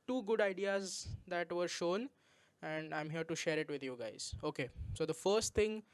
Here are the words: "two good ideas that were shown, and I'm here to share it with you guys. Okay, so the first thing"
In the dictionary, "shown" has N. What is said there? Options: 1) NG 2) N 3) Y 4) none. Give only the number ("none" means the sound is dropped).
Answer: 2